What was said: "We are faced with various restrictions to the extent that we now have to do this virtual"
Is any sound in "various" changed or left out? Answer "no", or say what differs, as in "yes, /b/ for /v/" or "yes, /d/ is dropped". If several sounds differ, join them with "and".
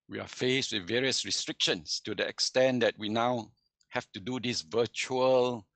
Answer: no